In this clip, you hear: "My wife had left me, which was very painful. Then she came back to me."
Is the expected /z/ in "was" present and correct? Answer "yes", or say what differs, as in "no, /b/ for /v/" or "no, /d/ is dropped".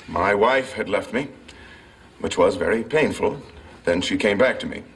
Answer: yes